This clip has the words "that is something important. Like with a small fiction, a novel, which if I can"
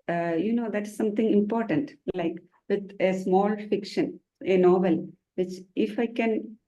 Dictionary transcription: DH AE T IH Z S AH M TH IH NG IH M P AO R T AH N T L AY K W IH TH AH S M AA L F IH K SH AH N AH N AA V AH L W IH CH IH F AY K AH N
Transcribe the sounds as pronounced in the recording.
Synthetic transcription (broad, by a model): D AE T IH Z S AH M T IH NG IH M P AO R T AH N T L AY K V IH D AH S M AA L F IH K SH AH N AH N AA V AH L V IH CH IH F AY K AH N